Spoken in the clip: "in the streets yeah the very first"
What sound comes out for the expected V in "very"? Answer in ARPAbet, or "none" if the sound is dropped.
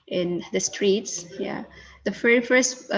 F